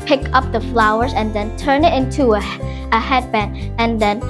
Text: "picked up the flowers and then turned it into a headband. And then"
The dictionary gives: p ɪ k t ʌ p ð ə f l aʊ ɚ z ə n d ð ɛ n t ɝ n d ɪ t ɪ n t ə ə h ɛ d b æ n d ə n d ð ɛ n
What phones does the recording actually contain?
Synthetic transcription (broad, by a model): p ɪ k ʌ p ð ə f l aʊ ɚ z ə n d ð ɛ n t ɝ n ɪ t ɪ n t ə ə h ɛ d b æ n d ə n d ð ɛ n